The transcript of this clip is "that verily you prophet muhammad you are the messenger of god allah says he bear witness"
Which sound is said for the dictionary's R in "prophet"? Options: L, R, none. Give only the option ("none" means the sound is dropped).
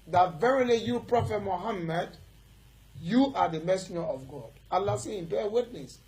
R